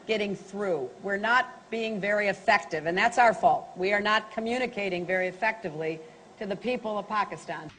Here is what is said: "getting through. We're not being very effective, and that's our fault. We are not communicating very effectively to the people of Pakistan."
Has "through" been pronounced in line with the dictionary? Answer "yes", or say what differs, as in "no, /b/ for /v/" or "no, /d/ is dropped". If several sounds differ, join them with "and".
yes